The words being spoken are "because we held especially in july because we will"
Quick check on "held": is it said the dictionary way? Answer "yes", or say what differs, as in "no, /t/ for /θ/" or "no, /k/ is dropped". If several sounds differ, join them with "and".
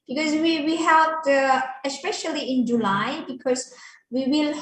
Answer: no, /l/ is dropped